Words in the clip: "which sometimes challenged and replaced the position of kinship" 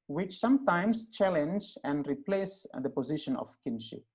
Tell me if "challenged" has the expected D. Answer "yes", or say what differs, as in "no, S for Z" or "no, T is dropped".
no, D is dropped